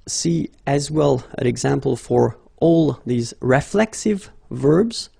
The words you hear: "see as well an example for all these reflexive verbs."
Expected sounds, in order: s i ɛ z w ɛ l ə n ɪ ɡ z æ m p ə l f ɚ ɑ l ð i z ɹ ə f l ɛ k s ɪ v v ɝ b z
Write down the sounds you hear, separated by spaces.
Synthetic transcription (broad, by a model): s i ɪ z w ɛ l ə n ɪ ɡ z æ m p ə l f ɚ ɑ l ð i z ɹ ə f l ɛ k s ɪ v v ɝ b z